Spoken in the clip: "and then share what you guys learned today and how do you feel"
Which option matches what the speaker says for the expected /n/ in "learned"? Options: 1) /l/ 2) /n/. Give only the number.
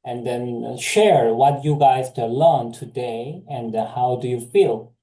1